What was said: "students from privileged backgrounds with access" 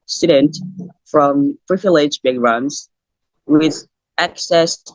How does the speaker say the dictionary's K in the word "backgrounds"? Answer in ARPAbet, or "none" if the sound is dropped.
none